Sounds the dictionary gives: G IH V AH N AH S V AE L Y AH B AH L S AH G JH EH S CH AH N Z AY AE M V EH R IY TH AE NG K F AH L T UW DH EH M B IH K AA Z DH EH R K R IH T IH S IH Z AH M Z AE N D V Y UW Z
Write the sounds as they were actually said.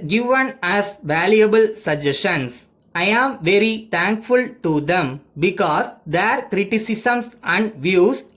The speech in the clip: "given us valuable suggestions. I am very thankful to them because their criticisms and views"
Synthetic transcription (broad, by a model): G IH V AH N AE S V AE L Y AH B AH L S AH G JH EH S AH N S AY AE M V EH R IY T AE NG K F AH L T UW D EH M B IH K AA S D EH R K R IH T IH S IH S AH M S AE N D V Y UW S